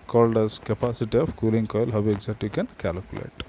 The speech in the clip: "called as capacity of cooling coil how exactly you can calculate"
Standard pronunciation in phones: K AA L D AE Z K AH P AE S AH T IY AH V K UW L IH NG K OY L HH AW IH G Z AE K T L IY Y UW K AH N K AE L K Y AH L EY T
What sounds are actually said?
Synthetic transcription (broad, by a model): K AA L D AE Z K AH P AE S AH T IY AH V K UW L IH NG K OY L HH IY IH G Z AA T IY K AH N K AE L K Y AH L EY T